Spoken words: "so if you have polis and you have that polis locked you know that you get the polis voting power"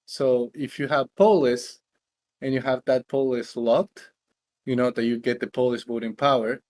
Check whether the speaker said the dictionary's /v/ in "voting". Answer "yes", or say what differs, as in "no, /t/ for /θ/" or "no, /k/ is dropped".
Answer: no, /b/ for /v/